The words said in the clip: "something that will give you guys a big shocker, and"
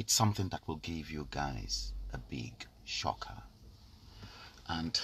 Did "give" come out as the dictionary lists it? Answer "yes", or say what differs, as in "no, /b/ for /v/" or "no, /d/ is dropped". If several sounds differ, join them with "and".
yes